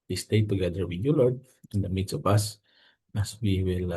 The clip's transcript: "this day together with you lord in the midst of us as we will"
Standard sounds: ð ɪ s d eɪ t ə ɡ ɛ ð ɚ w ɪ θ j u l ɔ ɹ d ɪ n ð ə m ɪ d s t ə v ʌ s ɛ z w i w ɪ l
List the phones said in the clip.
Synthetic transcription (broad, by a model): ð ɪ s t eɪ t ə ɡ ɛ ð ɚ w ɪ j u l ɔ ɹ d ɪ n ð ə m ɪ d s ə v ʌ s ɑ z w i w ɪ l